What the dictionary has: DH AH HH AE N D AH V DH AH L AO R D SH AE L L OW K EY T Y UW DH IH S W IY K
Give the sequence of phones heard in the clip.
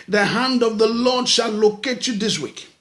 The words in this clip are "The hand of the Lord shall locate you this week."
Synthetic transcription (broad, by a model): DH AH HH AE N D AH V DH AH L AO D SH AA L L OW K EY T Y UW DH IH S W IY K